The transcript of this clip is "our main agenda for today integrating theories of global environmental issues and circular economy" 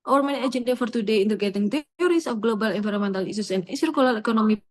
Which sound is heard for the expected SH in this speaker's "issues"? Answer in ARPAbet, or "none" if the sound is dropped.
S